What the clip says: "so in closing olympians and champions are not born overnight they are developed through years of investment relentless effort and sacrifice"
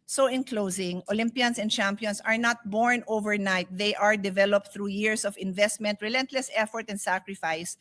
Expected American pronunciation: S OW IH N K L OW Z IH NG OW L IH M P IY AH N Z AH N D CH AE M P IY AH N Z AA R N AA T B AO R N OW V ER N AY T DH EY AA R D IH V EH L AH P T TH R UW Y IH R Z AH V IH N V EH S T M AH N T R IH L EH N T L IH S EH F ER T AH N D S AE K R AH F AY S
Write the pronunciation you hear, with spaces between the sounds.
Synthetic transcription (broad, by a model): S OW IH N K L OW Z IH NG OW L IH M P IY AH N S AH N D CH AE M P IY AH N S AA R N AA T B AO R N OW V ER N AY T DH EY AA R D IH V EH L AH P T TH R UW Y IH R S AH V IH N V EH S T M AH N T R IH L EH N T L IH S EH F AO T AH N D S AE K R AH F AY S